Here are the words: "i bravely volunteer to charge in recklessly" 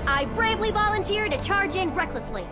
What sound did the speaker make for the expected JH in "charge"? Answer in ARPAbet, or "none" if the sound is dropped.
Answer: JH